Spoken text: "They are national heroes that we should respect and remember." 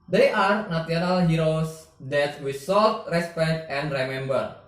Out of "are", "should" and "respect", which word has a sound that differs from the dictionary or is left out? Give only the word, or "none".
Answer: should